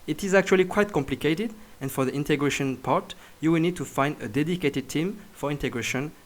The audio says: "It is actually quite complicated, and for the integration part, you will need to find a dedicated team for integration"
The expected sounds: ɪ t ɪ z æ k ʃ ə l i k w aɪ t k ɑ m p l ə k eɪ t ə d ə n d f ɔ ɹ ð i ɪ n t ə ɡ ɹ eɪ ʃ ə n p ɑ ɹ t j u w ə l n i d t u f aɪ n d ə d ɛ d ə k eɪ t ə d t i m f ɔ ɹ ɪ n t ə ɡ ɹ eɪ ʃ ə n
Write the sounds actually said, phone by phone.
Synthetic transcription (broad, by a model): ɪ t ɪ z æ k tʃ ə l i k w aɪ t k ɑ m p l ə k eɪ t ə d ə n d f ɔ ɹ ð i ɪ n t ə ɡ ɹ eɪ ʃ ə n p ɑ ɹ t j u w ə l n i d t u f aɪ n d ə d ɛ d ə k eɪ t ə d t i m f ɔ ɹ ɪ n t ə ɡ ɹ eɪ ʃ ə n